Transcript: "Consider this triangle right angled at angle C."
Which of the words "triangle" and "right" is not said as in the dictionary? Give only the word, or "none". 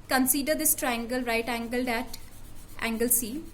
none